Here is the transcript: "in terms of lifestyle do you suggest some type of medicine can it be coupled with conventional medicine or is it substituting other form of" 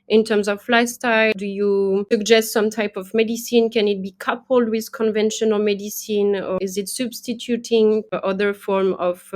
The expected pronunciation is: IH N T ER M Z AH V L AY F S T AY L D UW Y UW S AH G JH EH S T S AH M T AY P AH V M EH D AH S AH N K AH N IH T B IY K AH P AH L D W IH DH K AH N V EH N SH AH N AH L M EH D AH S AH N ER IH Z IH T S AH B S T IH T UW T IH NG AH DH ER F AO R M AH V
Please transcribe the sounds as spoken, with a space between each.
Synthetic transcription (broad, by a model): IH N T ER M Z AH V L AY S T AY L D UW Y UW S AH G JH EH S T S AH M T AY P AH V M EH D AH S AH N K AH N IH T B IY K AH P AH L D W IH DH K AH N V EH N SH AH N AH L M EH D AH S AH N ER IH Z IH T S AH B S T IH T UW T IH NG AH DH ER F AO R M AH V